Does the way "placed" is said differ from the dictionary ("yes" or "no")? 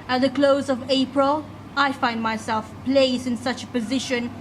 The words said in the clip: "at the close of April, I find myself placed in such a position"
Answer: yes